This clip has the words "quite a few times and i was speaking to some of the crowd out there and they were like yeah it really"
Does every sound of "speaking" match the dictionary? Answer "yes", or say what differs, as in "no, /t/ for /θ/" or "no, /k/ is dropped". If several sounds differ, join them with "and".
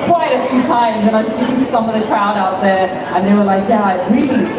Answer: no, /p/ is dropped